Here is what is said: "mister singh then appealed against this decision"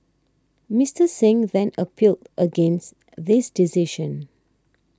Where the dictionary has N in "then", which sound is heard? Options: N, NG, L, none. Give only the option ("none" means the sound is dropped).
N